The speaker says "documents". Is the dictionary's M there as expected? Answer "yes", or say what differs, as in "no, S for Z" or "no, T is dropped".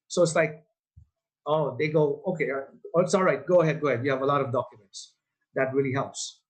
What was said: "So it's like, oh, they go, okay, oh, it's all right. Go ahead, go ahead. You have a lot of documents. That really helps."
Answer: yes